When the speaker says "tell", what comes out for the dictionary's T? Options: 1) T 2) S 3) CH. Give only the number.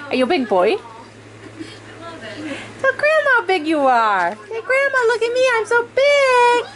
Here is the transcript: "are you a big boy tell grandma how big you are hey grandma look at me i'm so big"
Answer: 2